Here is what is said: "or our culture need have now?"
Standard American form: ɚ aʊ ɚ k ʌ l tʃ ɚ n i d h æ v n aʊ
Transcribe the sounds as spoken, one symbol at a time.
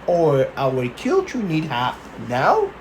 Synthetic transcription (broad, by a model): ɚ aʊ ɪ k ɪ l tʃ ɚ n i d h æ p n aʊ